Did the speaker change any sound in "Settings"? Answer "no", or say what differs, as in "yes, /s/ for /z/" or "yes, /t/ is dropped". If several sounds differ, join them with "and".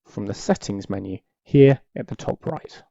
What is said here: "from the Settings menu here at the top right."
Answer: no